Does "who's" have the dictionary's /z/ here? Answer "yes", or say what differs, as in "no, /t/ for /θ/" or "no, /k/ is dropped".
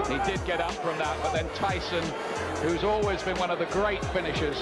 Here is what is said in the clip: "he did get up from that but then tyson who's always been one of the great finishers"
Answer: yes